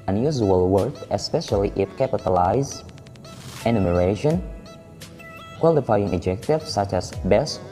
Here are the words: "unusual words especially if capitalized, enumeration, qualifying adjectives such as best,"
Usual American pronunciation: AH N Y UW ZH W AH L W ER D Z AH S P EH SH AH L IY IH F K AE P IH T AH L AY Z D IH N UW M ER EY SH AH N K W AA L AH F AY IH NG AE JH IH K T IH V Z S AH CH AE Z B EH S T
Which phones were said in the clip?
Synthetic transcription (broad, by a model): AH N Y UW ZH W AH L W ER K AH S P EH SH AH L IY IH F K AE P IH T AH L AY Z IH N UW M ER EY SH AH N K W AA L AH F AY IH NG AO JH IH K T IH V S AH CH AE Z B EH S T